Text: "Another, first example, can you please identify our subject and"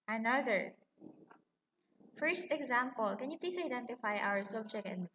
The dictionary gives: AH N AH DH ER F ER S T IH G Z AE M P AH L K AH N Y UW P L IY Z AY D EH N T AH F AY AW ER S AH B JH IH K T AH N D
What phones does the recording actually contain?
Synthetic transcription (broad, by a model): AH N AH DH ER F ER S T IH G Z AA M P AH L K AH N Y UW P L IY S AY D EH N T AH F AY AW ER S AH B JH IH K T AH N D